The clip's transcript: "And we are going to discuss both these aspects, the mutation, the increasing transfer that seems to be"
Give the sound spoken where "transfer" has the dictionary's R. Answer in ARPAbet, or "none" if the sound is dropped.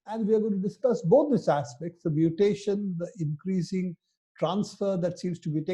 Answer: R